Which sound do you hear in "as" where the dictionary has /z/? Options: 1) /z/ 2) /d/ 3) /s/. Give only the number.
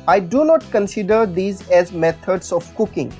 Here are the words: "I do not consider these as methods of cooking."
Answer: 1